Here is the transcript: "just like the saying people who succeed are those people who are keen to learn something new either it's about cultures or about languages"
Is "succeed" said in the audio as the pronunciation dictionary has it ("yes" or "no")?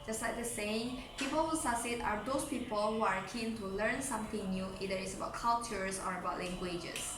no